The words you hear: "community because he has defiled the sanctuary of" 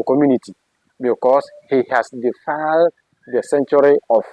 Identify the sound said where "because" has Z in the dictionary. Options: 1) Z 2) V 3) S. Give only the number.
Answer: 3